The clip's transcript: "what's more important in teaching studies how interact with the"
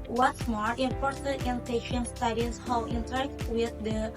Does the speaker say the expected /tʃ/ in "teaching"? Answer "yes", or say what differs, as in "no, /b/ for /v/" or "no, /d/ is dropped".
no, /ʃ/ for /tʃ/